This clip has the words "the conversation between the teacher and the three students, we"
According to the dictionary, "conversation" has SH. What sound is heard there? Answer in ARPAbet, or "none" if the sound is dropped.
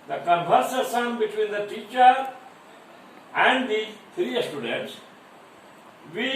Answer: S